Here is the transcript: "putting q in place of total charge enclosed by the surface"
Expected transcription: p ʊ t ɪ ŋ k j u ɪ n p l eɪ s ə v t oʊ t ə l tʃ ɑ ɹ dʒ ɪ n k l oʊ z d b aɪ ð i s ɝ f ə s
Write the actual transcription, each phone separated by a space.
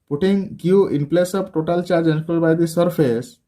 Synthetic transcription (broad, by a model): p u t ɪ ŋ k j u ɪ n p l eɪ s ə p t oʊ t ə l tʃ ɑ ɹ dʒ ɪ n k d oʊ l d b aɪ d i s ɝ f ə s